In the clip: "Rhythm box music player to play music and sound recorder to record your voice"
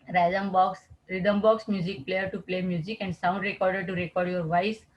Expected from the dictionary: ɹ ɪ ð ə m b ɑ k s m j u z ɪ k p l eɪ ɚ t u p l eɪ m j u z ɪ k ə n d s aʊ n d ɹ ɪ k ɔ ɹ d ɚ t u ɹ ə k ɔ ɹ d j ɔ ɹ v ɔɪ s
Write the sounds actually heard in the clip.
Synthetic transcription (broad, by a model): ɹ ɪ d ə m b ɑ k s m j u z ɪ k p l eɪ ɚ t u p l eɪ m j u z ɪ k ə n d s aʊ n d ɹ ɪ k ɔ ɹ d ɚ t u ɹ ə k ɔ ɹ d j ɔ ɹ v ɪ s